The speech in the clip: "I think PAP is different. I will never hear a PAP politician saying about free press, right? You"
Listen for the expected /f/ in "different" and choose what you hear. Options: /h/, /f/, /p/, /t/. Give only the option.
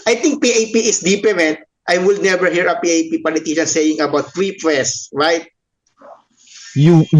/p/